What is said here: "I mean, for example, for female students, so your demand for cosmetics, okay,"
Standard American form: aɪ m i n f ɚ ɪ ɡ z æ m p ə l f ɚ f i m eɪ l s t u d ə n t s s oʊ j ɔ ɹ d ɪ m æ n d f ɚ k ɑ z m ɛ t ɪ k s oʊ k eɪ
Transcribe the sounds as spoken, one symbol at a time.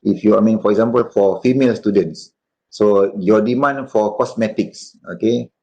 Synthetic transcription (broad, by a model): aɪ m i n f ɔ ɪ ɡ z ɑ m p ə l f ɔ f i m eɪ l s t u d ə n t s s oʊ j ɔ d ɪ m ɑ n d f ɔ k ɑ s m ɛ t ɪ k s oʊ k eɪ